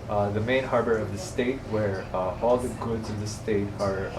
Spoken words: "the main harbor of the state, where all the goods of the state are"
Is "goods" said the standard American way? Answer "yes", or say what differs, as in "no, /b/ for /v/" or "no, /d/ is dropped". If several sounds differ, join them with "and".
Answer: yes